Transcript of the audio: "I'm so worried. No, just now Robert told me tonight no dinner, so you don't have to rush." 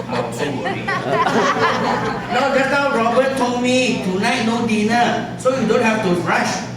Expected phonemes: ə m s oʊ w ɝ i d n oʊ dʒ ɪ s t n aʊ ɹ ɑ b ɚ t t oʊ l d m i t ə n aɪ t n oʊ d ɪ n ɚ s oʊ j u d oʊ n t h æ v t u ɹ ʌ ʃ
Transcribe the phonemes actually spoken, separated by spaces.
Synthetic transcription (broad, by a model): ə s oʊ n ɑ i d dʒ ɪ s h aʊ ɹ ɑ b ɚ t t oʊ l m i t ə n aɪ t n oʊ d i n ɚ s oʊ j u d oʊ n t h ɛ f t u ɹ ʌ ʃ